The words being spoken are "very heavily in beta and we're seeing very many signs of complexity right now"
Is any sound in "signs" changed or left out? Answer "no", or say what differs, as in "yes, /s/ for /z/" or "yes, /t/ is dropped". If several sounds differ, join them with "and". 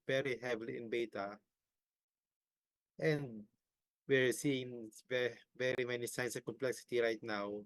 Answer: yes, /s/ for /z/